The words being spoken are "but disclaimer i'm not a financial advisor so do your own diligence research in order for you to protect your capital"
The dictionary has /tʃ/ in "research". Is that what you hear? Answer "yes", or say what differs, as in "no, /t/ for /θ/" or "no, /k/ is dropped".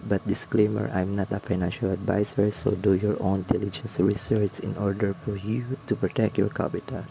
no, /s/ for /tʃ/